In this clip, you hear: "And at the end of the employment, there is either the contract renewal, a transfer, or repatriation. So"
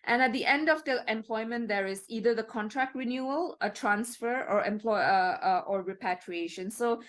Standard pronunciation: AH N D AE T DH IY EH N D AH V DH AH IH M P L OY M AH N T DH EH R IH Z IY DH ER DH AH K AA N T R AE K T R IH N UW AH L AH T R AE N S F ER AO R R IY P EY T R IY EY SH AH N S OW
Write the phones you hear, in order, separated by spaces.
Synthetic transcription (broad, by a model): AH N AE T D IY EH N D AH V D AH IH M P L OY M AH N T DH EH R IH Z IY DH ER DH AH K AA N T R AE K T R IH N UW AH L AH T R AE N S F ER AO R R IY P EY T R IY EY SH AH N S OW